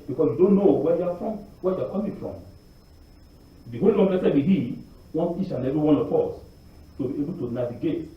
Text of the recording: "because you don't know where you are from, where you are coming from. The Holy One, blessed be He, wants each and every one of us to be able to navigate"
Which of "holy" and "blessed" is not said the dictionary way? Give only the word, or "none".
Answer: blessed